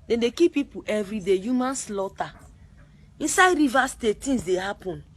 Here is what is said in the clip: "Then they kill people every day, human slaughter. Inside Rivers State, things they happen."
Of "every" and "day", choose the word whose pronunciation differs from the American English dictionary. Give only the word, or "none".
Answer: none